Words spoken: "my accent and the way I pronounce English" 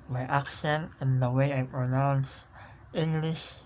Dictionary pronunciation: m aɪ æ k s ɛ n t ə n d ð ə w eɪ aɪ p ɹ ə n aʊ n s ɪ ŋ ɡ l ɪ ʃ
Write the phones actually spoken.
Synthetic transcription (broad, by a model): m aɪ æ k ʃ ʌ n ə n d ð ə w eɪ aɪ p ɹ ə n aʊ n s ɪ ŋ ɡ l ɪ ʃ